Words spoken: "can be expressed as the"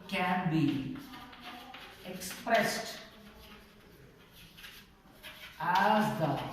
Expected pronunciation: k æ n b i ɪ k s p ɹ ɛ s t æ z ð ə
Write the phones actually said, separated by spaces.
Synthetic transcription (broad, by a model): k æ n b i ɪ k s p ɹ ɛ s t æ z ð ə